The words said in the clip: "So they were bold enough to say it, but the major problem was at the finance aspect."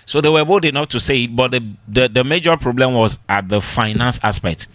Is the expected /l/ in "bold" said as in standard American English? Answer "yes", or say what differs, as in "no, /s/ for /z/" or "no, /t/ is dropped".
no, /l/ is dropped